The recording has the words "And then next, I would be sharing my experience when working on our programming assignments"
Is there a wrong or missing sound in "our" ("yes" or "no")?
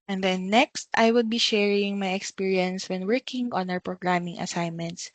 yes